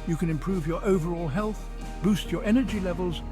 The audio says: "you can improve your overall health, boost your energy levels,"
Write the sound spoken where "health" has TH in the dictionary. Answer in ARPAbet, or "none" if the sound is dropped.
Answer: TH